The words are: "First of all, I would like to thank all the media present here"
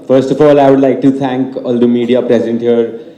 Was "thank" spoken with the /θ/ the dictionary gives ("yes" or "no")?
no